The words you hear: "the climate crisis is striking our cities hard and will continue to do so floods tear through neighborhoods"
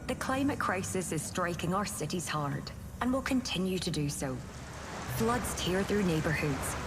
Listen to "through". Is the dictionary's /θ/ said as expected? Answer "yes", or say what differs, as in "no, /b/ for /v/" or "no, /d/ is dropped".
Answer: yes